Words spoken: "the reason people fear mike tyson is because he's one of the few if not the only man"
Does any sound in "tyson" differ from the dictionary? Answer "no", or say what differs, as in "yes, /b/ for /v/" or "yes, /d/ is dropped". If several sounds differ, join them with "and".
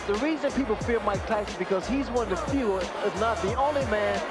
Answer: yes, /n/ is dropped